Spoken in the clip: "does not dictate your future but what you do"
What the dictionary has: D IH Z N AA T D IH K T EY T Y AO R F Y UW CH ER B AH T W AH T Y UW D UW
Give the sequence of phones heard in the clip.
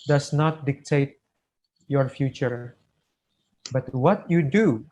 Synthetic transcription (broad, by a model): D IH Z N AA T D IH K T EY T Y AO R F Y UW CH ER B AH T W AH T Y UW D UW